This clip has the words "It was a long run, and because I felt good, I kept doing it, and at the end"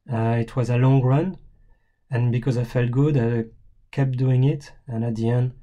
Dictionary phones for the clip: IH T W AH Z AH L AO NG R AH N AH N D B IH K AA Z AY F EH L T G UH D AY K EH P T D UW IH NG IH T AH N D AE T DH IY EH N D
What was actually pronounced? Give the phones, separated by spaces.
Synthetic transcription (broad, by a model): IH T W AH Z AH L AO NG R AH N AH N B IH K AA Z AY F EH L T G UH D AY K EH P D UW IH NG IH T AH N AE T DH IY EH N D